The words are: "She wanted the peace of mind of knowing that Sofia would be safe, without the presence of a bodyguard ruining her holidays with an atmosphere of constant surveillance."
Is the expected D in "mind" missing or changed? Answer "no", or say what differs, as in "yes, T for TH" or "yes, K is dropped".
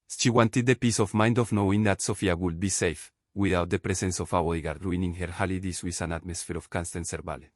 no